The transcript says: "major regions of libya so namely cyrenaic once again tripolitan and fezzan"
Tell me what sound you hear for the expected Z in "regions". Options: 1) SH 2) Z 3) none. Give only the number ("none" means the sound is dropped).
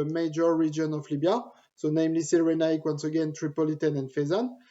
3